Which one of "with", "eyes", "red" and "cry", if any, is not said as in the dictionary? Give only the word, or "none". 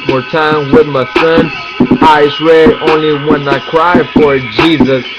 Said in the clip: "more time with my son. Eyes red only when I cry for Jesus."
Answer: eyes